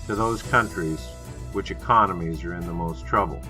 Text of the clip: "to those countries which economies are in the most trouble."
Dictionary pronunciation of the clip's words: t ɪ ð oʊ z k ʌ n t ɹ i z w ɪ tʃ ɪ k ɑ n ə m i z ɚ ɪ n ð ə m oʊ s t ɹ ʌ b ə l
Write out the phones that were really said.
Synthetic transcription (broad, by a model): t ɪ ð oʊ z k ʌ n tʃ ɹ i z w ɪ tʃ ɪ k ɑ n ə m i z ɚ ɪ n ð ə m oʊ s t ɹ ʌ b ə l